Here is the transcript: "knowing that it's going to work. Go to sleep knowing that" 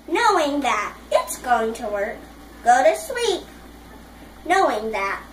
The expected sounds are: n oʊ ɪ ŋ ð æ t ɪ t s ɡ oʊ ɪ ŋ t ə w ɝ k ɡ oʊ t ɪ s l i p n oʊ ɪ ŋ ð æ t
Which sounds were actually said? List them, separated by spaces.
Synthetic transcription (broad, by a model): n oʊ ɪ ŋ ð æ t ɪ t s ɡ oʊ ɪ ŋ t ə w ɝ k ɡ oʊ t ɪ s w i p n oʊ ɪ ŋ ð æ t